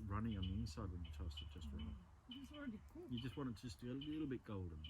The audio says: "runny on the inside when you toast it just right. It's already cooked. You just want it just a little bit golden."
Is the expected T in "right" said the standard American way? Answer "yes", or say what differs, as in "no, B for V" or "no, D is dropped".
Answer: no, T is dropped